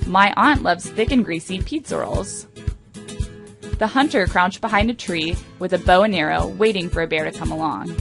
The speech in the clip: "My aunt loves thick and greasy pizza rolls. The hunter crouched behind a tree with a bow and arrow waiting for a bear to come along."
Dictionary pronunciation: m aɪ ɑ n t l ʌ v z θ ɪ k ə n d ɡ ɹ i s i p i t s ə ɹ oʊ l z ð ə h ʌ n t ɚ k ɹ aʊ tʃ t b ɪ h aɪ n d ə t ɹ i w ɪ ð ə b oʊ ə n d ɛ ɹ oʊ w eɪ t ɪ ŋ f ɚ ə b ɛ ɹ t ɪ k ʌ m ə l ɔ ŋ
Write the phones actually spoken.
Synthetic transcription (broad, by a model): m aɪ ɑ n t l ʌ v z θ ɪ k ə n ɡ ɹ i s i p i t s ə ɹ l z ð ə h ʌ n t ɚ k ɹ aʊ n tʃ b ɪ h aɪ n d ə t ɹ i w ɪ ð ə b oʊ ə n ɛ ɹ oʊ w eɪ t ɪ ŋ f ɚ ə b ɛ ɹ t ɪ k ʌ m ə l ɔ ŋ